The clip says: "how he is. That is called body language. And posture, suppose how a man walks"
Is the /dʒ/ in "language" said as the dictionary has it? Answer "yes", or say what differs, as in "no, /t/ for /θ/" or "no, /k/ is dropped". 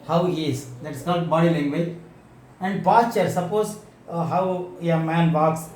no, /dʒ/ is dropped